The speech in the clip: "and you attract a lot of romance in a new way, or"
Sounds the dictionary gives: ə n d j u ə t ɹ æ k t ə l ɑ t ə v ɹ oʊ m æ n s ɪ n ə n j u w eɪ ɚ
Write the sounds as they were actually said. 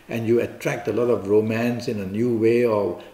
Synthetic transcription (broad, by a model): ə n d j u ə t ɹ æ k t ə l ɑ t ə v ɹ oʊ m æ n s ɪ n ə n j u w eɪ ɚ